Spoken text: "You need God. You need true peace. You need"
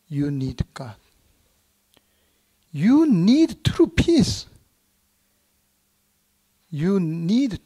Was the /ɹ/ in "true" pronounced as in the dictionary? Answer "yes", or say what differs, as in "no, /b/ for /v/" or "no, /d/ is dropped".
yes